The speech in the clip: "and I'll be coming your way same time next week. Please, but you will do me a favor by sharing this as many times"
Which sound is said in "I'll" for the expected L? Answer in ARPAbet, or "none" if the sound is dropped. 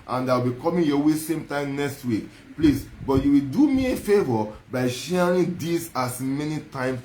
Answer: W